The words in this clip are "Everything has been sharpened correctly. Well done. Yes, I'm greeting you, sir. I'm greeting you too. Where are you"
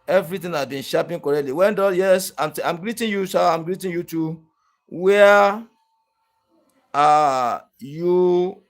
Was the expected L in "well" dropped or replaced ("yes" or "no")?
yes